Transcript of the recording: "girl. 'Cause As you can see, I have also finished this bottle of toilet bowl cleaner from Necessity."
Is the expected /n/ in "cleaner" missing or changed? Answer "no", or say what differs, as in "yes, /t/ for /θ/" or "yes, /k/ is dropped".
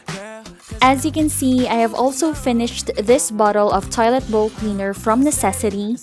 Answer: no